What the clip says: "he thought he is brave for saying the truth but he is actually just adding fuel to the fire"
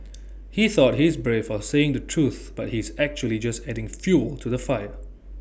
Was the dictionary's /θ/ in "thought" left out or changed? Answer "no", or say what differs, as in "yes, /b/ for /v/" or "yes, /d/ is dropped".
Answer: no